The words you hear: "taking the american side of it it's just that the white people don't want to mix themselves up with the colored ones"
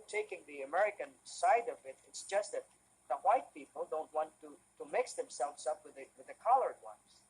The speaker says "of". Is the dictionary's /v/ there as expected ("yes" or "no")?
yes